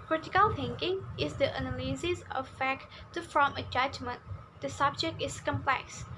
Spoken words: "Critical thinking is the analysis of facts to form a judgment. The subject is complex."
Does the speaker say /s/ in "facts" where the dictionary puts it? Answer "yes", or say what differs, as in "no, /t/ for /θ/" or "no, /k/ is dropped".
no, /s/ is dropped